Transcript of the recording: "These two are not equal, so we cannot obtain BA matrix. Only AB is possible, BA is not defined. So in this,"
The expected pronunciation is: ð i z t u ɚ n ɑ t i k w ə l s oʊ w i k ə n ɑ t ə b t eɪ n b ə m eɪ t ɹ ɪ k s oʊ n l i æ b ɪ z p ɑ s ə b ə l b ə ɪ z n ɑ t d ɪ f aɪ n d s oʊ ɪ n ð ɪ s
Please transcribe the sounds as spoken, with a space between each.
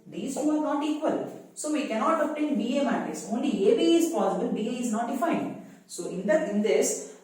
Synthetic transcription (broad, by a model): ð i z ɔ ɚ n ɑ t i k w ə l s oʊ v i k ə n ɑ t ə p t eɪ n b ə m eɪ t ɪ s oʊ n l i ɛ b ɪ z p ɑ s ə b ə l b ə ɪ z n ɑ t d ɪ f aɪ n d s oʊ ɪ n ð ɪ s